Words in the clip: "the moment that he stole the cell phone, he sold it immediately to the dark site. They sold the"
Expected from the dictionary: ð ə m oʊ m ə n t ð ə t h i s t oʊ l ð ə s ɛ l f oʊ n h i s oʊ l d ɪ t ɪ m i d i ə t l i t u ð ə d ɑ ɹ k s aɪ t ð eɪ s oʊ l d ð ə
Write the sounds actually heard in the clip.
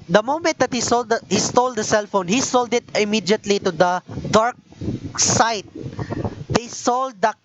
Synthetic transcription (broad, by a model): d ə m oʊ m ə n t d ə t h i s t oʊ l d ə s ɛ l f oʊ n h i s oʊ l d ɪ t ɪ m i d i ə t l i t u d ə d ɑ ɹ k s aɪ t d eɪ s oʊ l d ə